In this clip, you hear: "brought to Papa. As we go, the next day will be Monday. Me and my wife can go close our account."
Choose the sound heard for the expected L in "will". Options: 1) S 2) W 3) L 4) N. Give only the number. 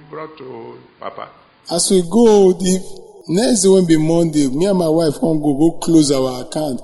4